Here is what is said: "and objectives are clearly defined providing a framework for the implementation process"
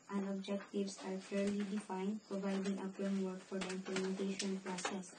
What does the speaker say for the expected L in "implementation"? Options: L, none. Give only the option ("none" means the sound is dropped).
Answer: none